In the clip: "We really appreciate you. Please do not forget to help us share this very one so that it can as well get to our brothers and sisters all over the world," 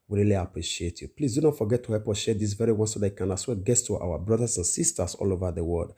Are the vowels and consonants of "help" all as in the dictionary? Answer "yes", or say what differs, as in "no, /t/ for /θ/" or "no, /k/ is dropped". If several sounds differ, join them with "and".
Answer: no, /l/ is dropped